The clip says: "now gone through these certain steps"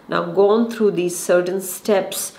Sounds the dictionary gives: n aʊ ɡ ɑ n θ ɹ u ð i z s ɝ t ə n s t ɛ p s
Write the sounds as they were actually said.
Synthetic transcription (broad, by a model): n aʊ ɡ ɑ n t ɹ u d i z s ɝ t ə n s t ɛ p s